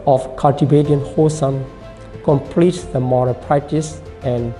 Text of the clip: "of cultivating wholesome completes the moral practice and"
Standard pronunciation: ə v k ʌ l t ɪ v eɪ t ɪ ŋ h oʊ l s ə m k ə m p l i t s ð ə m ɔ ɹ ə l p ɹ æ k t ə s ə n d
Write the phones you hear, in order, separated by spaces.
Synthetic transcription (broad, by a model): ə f k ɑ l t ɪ b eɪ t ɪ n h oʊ s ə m k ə m p l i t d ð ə m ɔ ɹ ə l p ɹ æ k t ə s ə n